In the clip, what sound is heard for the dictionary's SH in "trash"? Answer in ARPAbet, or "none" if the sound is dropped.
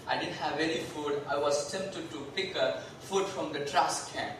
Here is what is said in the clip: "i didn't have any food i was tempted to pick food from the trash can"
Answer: S